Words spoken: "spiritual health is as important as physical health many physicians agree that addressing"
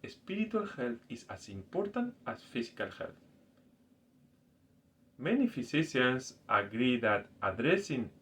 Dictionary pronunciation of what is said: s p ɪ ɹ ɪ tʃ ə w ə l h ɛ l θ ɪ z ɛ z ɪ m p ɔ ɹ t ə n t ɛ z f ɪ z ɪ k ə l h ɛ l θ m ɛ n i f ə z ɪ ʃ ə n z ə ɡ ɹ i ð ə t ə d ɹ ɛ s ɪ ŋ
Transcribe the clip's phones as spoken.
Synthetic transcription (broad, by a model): s p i ɹ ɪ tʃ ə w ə l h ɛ l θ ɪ s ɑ s ɪ m p ɔ ɹ t ə n t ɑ s f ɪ s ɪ k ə l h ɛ l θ m ɛ n i f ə s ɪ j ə n s ə ɡ ɹ i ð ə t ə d ɹ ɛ s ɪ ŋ